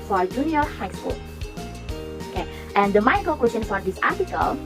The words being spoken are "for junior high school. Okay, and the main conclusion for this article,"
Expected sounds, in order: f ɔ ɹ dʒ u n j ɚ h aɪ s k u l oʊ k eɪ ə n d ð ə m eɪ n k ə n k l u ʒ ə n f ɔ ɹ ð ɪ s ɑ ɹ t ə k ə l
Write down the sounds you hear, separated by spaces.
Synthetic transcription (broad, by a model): f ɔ ɹ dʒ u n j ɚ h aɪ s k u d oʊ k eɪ ə n d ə m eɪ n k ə l k w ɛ s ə n f ɔ ɹ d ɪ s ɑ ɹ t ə k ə l